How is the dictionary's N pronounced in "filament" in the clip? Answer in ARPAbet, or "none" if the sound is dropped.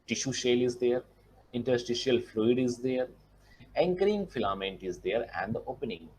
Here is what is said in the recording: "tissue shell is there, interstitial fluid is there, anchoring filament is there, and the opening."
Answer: N